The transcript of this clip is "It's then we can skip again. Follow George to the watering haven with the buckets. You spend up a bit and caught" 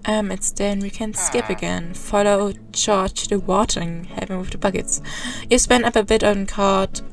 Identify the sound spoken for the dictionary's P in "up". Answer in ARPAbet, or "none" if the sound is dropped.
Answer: P